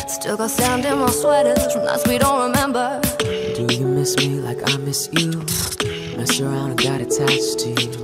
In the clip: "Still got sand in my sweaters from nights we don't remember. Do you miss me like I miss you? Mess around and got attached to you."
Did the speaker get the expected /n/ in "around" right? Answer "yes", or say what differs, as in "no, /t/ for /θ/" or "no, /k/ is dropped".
no, /n/ is dropped